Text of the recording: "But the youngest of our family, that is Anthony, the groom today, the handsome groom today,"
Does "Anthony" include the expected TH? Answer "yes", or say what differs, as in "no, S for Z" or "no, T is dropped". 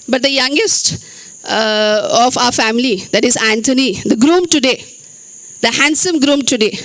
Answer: no, T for TH